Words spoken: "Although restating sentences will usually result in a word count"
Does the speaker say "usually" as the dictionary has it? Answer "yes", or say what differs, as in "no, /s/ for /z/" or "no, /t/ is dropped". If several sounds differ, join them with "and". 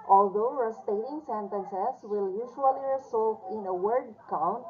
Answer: no, /l/ is dropped